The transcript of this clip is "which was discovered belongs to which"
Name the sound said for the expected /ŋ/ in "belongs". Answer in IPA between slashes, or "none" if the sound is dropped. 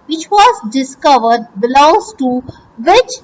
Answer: none